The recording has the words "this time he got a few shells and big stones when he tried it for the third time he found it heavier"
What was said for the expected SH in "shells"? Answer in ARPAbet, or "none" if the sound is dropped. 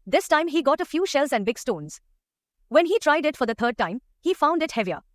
SH